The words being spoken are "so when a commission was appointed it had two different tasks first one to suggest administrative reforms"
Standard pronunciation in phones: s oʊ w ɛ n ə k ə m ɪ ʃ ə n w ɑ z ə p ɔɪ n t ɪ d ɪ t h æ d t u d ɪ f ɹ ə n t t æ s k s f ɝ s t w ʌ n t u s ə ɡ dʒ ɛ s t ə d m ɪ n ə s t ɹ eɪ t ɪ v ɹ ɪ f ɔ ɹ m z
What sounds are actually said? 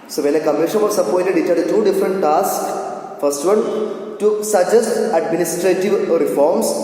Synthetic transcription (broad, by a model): s oʊ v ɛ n ə k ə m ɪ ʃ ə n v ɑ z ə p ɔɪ t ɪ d ɪ t h æ d t u d ɪ f ɹ ə n t t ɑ s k f ɝ s t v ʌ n t u s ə dʒ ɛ s t ə d m ɪ n ə s t ɹ eɪ t ɪ v ɹ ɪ f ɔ ɹ m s